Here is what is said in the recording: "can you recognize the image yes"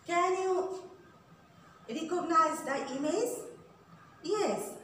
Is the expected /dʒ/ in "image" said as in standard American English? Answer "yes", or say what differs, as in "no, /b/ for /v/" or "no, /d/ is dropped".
no, /z/ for /dʒ/